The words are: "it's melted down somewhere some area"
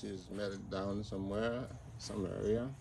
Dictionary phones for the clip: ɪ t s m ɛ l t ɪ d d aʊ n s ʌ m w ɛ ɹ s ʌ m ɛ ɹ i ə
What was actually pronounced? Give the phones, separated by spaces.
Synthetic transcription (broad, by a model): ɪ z m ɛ t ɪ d d aʊ n s ʌ m w ɛ ɹ s ʌ m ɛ ɹ i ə